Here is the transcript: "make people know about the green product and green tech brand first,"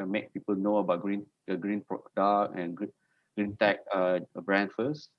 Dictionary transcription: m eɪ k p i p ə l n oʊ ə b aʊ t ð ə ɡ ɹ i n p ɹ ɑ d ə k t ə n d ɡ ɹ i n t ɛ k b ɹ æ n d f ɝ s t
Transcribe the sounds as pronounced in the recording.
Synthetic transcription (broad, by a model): m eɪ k p i p ə l n oʊ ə b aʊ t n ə ɡ ɹ i n p ɹ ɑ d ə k ə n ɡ ɡ ɹ i n t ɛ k b ɹ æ n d f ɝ s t